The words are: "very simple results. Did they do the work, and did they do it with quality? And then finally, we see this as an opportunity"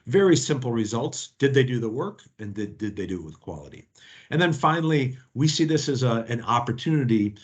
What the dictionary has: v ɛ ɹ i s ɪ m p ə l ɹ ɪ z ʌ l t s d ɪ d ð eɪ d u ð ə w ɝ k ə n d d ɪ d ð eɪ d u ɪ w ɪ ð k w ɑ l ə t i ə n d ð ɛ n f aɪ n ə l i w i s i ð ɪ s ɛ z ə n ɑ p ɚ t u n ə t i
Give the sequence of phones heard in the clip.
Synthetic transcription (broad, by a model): v ɛ ɹ i s ɪ m p l ɹ ɪ z ʌ l t s d ɪ d ð eɪ d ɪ ð ə w ɝ k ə n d d ɪ d ð eɪ d ɪ w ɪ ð k w ɑ l ə t i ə n ð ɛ n f aɪ n l i w i s i ð ɪ s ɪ z ə n ɑ p ɚ t u n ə t i